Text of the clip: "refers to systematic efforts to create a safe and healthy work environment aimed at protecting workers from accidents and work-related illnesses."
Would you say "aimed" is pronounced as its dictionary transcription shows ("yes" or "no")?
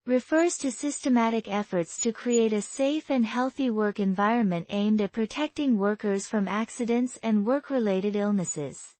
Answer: yes